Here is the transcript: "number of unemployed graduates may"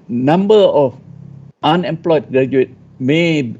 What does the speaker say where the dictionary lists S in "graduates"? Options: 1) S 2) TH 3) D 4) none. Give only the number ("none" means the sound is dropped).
4